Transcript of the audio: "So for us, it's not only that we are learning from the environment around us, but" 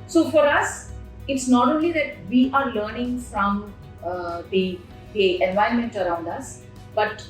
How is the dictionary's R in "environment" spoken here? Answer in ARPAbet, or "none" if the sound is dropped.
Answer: none